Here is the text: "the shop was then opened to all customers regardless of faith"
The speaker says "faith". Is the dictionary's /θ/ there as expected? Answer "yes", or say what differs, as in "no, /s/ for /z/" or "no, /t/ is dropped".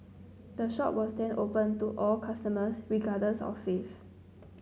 no, /f/ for /θ/